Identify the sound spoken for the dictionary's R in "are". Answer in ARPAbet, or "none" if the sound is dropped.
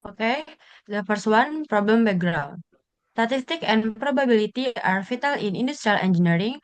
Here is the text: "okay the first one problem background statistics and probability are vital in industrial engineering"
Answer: R